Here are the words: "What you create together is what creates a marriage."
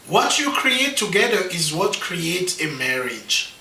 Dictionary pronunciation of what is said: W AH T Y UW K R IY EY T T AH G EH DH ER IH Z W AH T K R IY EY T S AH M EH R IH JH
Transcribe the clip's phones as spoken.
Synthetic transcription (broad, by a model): W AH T Y UW K R IY EY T T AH G EH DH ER IH Z W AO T K R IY EY T AH M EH R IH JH